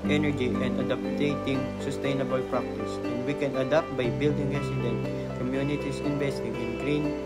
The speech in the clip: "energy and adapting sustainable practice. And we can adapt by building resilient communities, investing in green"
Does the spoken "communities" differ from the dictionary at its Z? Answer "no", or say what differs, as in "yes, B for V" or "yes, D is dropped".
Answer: yes, S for Z